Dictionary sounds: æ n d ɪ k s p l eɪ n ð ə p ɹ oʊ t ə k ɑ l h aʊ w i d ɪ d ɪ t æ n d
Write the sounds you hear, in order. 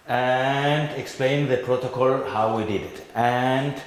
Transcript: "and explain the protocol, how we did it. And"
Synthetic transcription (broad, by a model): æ n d ɪ k s p l eɪ n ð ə p ɹ oʊ t ə k ɑ l h aʊ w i d ɪ d ɪ t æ n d